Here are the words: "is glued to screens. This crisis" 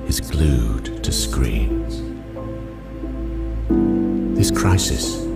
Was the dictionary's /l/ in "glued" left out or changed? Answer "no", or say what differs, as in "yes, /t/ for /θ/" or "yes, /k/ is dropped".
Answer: no